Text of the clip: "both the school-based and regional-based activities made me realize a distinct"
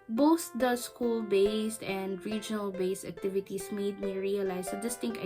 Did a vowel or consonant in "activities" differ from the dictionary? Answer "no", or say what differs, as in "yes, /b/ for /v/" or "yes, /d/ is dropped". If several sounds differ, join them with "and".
yes, /s/ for /z/